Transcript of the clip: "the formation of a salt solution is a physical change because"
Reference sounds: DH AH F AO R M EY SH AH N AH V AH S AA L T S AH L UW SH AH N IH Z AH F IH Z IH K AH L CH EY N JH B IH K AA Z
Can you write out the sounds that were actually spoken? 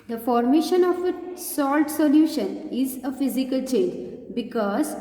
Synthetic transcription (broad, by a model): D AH F AO R M EY SH AH N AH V AH S AA L T S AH L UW SH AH N IH Z AH F IH Z IH K AH L CH EY N JH B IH K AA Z